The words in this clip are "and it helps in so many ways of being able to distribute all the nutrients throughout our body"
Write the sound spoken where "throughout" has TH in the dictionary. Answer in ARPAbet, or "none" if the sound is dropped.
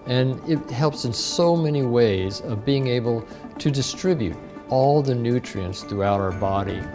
TH